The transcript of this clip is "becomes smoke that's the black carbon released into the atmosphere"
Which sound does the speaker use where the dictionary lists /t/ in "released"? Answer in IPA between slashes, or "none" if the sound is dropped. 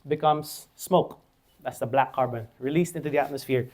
/t/